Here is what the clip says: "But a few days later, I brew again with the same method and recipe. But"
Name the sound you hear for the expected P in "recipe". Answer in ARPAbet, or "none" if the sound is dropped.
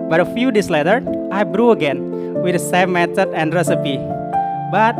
P